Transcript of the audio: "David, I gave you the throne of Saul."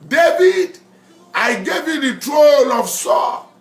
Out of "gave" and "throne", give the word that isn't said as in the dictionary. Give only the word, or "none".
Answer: throne